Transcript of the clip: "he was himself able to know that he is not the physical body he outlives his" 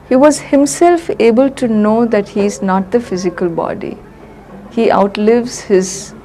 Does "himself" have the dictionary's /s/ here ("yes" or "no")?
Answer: yes